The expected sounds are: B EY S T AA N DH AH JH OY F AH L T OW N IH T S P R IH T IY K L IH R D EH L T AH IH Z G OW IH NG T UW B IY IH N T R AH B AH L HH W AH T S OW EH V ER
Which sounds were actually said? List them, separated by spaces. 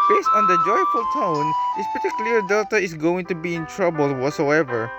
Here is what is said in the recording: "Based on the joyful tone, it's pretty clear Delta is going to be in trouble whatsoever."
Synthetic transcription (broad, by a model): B EY S T AA N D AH JH OY F AH L T OW N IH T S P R T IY K L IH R D EH L T AH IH S G OW IH NG T UW B IY IH N T R AH B AH L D W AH T S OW EH V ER